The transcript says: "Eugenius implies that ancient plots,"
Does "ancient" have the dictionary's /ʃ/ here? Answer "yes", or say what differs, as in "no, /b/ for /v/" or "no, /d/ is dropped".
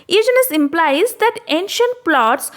yes